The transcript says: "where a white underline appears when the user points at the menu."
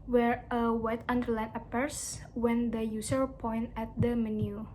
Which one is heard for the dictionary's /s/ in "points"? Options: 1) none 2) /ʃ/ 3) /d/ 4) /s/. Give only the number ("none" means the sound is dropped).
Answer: 1